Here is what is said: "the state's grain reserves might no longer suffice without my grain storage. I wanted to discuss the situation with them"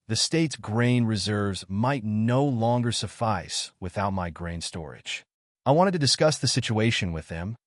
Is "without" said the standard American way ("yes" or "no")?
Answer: yes